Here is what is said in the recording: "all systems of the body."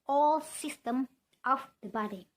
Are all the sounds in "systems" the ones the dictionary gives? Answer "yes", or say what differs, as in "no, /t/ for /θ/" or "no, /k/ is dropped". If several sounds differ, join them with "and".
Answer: no, /z/ is dropped